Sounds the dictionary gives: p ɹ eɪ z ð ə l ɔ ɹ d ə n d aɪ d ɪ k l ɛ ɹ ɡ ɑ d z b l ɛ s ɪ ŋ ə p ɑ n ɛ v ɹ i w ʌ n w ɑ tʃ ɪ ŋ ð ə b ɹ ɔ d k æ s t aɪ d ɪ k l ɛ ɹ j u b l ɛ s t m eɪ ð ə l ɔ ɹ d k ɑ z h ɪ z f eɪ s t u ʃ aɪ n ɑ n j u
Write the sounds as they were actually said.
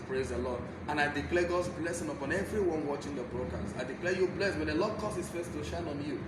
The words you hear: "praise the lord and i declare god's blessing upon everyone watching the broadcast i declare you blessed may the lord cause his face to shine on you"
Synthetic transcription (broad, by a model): p ɹ eɪ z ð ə l ɔ d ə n aɪ d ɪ k l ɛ ɡ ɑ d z b l ɛ s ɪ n ə p ɑ n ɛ v ɹ i w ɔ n w ɑ tʃ ɪ ŋ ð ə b ɹ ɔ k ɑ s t aɪ d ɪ k l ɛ j u b l ɛ s t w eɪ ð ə l ɔ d k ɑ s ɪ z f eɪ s t u ʃ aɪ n ɑ n j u